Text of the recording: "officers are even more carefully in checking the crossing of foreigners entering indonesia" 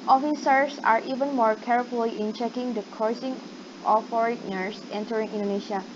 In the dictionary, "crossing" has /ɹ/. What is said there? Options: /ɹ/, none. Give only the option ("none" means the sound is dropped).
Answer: none